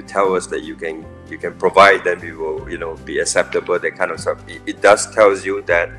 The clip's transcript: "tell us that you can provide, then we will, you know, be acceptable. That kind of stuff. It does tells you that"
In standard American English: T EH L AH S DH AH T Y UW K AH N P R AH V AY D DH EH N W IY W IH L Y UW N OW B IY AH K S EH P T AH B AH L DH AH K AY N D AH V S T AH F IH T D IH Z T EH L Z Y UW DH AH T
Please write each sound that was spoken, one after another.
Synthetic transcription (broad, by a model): T EH L AH S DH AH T Y UW K AH N P R AH V AY D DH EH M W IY W IH L Y UW N OW B IY AH K S EH P T AH B AH L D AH K AY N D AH F S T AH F IH T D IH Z T EH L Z Y UW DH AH T